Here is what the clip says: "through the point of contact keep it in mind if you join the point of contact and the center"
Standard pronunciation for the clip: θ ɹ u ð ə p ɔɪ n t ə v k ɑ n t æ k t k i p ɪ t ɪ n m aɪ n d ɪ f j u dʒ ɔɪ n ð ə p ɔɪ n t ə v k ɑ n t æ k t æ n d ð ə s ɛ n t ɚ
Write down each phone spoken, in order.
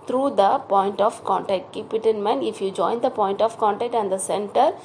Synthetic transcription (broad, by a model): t ɹ u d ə p ɔɪ n t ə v k ɑ n t æ k t k i p ɪ t ɪ n m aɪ n ɪ f j u dʒ ɔɪ n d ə p ɔɪ n t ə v k ɑ n t æ k t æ n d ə s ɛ n t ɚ